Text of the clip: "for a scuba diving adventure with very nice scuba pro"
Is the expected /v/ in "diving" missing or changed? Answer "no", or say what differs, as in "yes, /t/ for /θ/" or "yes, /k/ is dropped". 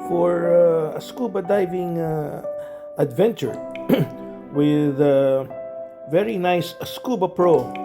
no